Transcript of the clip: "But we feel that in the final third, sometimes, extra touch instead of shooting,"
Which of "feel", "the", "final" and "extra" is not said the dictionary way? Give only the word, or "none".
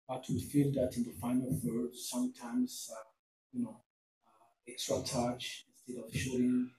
none